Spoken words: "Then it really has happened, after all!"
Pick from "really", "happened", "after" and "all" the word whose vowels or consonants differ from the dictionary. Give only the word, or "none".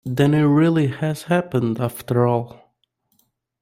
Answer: none